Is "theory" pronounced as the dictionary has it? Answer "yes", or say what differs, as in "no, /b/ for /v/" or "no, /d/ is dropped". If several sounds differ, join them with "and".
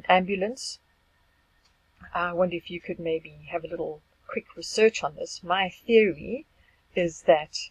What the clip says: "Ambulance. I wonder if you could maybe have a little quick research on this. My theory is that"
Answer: yes